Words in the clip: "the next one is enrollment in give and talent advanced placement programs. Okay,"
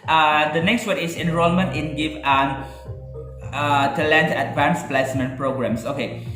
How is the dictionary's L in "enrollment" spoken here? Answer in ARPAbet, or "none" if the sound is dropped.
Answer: L